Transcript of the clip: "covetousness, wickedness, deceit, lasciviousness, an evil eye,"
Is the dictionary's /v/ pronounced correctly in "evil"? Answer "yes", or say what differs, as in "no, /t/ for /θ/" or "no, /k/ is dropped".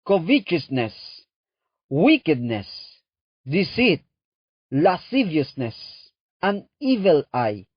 yes